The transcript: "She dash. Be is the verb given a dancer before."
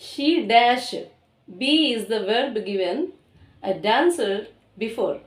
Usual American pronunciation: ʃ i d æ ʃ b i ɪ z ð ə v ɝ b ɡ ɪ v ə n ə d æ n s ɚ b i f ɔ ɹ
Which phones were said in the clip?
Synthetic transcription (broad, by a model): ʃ i d æ ʃ b i ɪ z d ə v ɝ b ɡ ɪ v ə n ə d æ n s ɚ b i f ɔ ɹ